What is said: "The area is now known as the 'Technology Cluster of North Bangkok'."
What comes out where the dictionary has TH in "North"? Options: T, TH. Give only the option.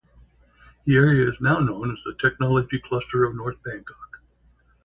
TH